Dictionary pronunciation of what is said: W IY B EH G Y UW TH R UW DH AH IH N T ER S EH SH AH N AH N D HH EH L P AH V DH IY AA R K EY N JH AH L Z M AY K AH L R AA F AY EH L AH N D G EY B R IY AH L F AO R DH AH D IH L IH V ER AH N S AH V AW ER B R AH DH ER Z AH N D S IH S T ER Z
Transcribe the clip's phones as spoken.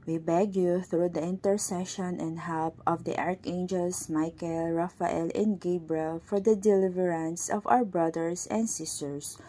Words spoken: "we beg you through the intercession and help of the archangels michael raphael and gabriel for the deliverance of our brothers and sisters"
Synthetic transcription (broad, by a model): W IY B EH G Y UW TH R UW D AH IH N T ER S EH SH AH N AH N D HH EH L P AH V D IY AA R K EY N JH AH L S M AY K AH L R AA F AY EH L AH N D G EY B R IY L F AO R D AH D IH L IH V ER AH N S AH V AW ER B R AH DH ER S AH N D S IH S T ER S